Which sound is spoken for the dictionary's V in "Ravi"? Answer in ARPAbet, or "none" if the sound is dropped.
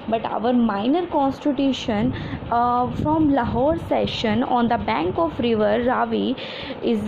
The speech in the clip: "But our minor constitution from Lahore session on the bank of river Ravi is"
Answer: V